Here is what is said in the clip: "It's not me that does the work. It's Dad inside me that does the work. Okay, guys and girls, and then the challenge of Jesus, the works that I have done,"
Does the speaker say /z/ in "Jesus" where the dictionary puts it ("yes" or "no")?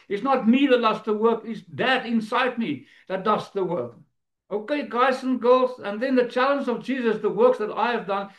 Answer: yes